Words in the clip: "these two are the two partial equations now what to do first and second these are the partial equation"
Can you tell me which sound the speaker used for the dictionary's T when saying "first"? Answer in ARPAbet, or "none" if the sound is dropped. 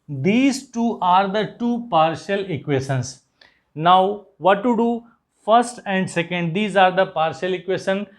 T